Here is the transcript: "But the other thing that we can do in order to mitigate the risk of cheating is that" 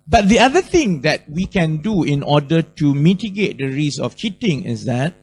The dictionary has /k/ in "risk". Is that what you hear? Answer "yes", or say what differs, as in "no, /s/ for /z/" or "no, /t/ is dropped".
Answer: no, /k/ is dropped